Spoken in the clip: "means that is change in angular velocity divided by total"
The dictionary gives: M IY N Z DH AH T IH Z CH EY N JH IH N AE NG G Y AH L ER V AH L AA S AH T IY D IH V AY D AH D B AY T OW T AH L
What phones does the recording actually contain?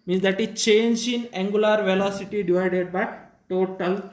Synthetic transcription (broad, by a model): M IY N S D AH T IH CH EY N JH IH N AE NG G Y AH L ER V AH L AA S AH T IY D IH V AY D AH D B AY T OW T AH L